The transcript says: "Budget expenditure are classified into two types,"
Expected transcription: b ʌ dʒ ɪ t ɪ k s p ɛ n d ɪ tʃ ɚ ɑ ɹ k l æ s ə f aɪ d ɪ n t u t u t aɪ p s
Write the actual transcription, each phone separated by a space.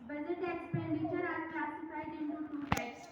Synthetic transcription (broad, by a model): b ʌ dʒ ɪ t ɪ k s p ɛ n d ɪ tʃ ɚ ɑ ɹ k ɑ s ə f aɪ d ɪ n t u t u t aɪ